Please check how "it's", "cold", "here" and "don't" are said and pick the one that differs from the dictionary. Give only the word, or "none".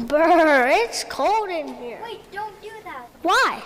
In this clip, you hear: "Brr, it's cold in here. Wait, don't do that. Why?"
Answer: none